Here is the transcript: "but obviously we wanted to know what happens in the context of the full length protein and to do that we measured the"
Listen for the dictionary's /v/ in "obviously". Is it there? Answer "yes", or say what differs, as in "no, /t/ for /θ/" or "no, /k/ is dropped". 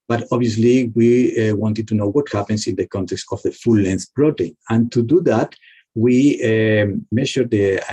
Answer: no, /v/ is dropped